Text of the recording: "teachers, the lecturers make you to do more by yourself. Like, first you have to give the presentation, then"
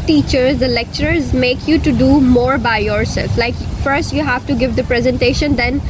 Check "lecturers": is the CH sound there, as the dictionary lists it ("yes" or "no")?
yes